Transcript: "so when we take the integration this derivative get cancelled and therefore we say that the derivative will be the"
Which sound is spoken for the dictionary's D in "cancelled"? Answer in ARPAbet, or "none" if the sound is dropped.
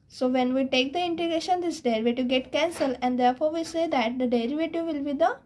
none